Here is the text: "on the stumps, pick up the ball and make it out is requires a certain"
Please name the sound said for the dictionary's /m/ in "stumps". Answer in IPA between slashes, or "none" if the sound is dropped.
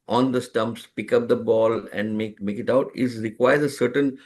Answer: /m/